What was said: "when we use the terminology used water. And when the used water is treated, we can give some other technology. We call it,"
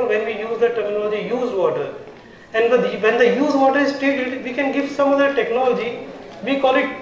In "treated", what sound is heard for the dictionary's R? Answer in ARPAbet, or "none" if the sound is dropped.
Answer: none